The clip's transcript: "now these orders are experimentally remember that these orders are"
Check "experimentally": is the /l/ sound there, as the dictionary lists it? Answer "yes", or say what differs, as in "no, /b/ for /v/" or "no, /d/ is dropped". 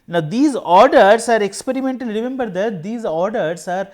no, /n/ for /l/